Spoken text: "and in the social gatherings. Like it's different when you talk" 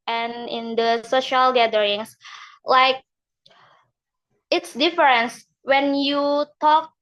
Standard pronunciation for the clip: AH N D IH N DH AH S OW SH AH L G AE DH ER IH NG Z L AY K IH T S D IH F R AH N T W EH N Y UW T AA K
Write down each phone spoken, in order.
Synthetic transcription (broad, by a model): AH N IH N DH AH S OW SH AH L G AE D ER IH NG S L AY K IH T S D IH F R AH N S W EH N Y UW T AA K